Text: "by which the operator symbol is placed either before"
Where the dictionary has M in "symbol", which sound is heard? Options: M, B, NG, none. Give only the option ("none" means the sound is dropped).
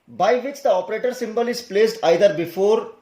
M